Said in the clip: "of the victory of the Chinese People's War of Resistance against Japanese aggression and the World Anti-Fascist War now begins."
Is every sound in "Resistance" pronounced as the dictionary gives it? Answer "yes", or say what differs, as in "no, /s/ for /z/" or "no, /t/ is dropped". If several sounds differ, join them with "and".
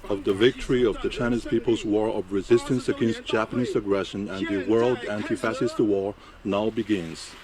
yes